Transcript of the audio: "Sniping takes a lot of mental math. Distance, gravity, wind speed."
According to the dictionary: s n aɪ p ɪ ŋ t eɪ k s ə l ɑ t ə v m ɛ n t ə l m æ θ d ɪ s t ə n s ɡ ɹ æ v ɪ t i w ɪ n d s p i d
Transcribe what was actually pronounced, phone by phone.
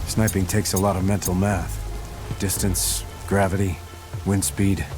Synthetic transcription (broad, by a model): s n aɪ p ɪ ŋ t eɪ k s ə l ɑ t ə v m ɛ n t l m æ θ d ɪ s t ə n s ɡ ɹ æ v ɪ t i w ɪ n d s p i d